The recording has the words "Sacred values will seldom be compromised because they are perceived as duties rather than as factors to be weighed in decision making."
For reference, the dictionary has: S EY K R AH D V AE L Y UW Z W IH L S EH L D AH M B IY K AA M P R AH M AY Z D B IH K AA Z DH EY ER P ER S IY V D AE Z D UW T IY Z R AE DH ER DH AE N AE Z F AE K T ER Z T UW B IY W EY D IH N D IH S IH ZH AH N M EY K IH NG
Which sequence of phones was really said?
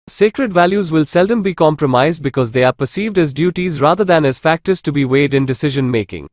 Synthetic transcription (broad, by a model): S EY K R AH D V AE L Y UW Z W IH L S EH L D AH M B IY K AA M P R AH M AY Z D B IH K AA Z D EY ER P ER S IY V D AE Z D UW T IY Z R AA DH ER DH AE N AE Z F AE K T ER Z T UW B IY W EY D IH N D IH S IH ZH AH N M EY K IH NG